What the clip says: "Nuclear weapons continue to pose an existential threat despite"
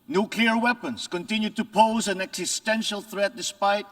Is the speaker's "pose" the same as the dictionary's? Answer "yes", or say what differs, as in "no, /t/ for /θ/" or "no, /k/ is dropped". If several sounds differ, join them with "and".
yes